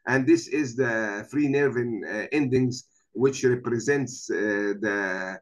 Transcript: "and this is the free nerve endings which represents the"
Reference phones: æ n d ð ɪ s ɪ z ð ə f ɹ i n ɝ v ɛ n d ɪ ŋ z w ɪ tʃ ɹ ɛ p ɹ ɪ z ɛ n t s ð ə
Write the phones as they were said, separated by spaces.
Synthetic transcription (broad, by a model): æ n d ð ɪ s ɪ z ð ə f ɹ i n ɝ v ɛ n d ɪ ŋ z w ɪ tʃ ɹ ɛ p ɹ ɪ z ɛ n t s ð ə